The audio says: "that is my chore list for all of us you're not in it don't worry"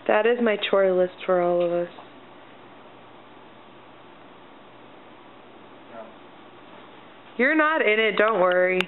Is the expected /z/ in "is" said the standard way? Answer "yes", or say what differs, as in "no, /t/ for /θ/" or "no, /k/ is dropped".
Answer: yes